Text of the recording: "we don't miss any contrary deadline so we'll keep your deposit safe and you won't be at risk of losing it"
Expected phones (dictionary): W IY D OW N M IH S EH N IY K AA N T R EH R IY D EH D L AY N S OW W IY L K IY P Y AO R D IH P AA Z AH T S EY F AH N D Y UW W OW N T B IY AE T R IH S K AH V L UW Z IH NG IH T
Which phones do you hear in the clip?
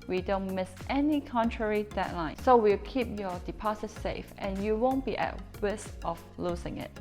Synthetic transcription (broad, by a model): W IY D OW N M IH S EH N IY K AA N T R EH R IY D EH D L AY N S OW W IY L K IY P Y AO D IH P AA S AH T S EY F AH N Y UW W OW N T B IY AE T W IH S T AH F L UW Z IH NG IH T